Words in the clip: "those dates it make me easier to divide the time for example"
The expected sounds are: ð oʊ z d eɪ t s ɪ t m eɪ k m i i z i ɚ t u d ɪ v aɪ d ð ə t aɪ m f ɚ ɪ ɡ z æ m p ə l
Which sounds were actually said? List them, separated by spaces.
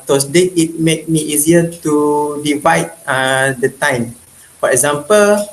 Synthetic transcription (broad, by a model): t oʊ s d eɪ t ɪ t m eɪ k m i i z i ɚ t u d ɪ v aɪ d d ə t aɪ m f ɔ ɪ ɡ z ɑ m p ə l